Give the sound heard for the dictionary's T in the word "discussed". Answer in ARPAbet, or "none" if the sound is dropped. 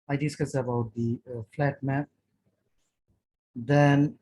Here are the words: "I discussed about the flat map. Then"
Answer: none